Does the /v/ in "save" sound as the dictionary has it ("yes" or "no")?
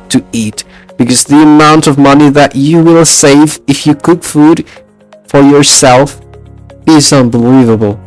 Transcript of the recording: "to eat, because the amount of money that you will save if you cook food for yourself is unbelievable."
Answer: yes